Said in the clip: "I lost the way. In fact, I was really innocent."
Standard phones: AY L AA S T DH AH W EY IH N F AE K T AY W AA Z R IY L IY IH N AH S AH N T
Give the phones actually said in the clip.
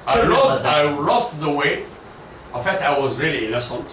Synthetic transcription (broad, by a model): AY L AA S T DH AH W EY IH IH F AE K T AY W AA Z R IY L IY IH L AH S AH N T